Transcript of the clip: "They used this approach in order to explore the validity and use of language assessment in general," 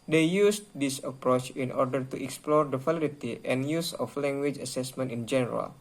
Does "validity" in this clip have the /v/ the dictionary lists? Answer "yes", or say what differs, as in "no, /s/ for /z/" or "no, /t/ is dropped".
no, /f/ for /v/